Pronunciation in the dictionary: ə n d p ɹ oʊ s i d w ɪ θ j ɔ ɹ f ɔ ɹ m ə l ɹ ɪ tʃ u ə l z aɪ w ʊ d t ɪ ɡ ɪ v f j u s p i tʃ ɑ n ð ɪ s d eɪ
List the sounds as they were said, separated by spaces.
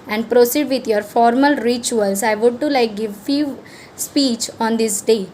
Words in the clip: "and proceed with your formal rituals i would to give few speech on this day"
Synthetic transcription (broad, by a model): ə n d p ɹ oʊ s i d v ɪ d j ɔ ɹ f ɔ ɹ m ə l ɹ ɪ tʃ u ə l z aɪ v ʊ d t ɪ ɡ ɪ v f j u s p i tʃ ɑ n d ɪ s d eɪ